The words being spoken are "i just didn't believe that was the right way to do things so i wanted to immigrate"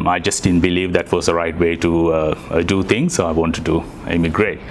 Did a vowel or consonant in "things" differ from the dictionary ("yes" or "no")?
yes